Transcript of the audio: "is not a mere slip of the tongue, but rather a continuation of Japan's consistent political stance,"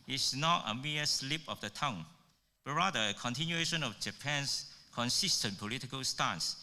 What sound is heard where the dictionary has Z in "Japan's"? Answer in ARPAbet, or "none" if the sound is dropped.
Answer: S